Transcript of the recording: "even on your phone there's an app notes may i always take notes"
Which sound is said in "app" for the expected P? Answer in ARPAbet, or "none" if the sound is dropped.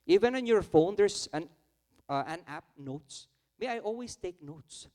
P